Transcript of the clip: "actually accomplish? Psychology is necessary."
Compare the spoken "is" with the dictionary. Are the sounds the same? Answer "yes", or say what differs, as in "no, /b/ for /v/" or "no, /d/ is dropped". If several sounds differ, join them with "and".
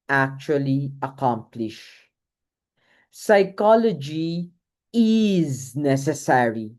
yes